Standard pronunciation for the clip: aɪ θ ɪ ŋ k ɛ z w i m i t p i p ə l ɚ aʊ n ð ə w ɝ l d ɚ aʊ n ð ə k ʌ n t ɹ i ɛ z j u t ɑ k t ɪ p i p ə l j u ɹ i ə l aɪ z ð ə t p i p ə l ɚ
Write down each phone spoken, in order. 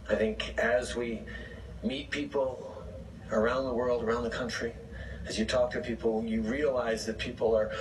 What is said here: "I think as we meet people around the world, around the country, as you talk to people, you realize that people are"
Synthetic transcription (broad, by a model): aɪ θ ɪ ŋ k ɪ z w i m i t p i p l ɚ aʊ n ð ə w ɝ l d ɚ aʊ n ð ə k ʌ n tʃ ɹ i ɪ z j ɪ t ɑ k t ɪ p i p l j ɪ ɹ i ə l aɪ z ð ə t p i p l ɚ